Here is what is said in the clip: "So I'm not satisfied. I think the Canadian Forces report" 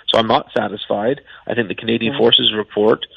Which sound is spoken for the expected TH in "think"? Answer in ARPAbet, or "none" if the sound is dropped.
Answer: TH